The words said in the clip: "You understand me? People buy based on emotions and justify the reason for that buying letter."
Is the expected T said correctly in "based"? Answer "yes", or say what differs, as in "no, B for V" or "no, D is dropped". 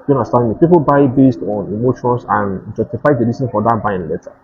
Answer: yes